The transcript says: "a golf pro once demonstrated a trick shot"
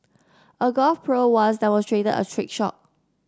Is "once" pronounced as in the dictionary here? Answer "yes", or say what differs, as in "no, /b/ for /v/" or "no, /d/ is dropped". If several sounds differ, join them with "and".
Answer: no, /n/ is dropped